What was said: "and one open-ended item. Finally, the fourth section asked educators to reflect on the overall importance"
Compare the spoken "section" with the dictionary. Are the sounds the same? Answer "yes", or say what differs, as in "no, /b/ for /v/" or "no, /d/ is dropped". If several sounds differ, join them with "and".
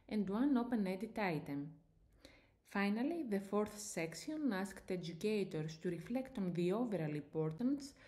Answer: no, /s/ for /ʃ/